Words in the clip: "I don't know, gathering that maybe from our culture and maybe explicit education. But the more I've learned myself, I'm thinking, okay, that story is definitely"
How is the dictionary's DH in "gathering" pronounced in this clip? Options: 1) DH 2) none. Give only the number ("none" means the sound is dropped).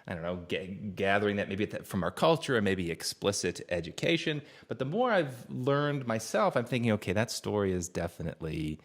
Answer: 1